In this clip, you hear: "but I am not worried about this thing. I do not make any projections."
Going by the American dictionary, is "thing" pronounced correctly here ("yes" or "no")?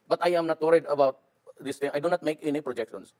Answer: no